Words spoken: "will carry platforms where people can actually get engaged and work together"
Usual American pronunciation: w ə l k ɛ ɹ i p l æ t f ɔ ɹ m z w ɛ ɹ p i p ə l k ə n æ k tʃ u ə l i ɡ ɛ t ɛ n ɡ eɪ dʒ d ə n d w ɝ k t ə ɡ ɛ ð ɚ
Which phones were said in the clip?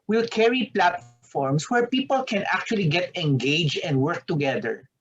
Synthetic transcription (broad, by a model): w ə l k ɛ ɹ i p l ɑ t f ɔ ɹ m s w ɛ ɹ p i p ə l k ə n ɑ k tʃ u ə l i ɡ ɛ t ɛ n ɡ eɪ dʒ ə n d w ɝ k t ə ɡ ɛ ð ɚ